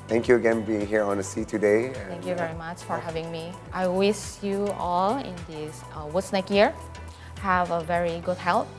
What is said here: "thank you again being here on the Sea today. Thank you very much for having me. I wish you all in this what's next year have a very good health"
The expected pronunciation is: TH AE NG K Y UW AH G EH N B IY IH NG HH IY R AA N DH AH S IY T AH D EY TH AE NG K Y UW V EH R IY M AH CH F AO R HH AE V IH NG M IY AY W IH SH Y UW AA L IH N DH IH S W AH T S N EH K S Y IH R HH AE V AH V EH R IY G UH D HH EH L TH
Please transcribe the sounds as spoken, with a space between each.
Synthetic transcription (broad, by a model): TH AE NG K Y UW AH G EH N B IY IH NG HH IY R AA N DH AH S IY T AH D EY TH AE NG K Y UW V EH R IY M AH CH F AO R HH AE V IH NG M IY AY W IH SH Y UW AA L IH N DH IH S W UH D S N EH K Y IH R HH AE V AH V EH R IY G UH D HH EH L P